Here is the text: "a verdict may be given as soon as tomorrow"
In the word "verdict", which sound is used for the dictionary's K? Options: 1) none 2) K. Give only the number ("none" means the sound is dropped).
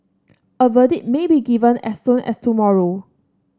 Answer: 1